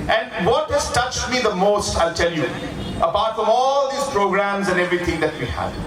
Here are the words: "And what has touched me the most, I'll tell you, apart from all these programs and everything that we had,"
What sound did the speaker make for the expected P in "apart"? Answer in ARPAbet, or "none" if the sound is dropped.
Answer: B